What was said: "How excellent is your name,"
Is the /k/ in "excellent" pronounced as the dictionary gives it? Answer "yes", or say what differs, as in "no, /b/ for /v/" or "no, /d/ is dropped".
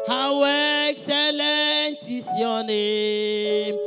yes